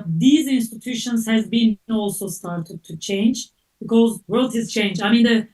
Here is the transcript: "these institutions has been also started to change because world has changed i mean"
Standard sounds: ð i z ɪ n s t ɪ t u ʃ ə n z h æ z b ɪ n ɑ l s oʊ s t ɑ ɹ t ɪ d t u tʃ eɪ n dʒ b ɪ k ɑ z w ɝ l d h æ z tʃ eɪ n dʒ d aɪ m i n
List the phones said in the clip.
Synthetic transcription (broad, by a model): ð i z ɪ n s t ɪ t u ʃ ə n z h æ z b ɪ n ɑ l s oʊ s t ɑ ɹ t ɪ d t u tʃ eɪ n dʒ b ɪ k ɑ z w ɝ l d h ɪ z tʃ eɪ n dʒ aɪ m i n